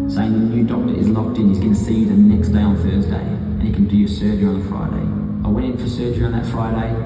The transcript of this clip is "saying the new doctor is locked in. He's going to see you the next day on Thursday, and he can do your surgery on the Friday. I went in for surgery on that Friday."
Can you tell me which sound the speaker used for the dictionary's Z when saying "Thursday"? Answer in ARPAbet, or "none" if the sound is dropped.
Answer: Z